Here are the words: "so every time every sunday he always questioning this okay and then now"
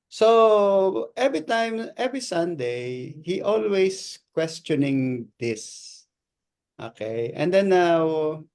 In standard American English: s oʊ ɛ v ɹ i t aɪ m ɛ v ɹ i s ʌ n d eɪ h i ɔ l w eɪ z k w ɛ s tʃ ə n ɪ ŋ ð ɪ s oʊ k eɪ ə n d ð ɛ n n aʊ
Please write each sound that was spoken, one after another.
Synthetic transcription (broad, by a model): s oʊ ɛ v ɹ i t aɪ m ɛ v ɹ i s ʌ n d eɪ h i ɔ l w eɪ s k w ɛ s tʃ ə n ɪ ŋ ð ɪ s oʊ k eɪ ə n d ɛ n n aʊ